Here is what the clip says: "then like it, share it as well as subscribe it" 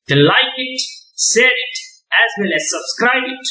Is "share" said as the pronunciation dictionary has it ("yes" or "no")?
no